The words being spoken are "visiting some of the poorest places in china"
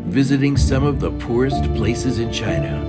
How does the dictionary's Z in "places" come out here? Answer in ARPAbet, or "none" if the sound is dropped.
Z